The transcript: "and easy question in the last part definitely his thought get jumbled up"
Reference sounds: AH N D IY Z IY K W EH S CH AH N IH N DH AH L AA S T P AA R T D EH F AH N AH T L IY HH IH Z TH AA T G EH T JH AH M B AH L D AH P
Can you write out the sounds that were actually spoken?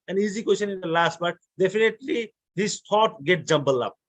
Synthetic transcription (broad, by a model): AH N IY Z IY K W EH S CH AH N IH N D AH L AA S T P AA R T D EH F AH N AH T L IY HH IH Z T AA T G EH T JH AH M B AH L AH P